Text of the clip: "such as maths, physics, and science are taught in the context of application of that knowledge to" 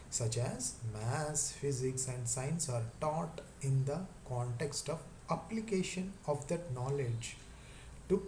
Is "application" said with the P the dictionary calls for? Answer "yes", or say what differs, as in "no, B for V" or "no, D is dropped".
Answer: yes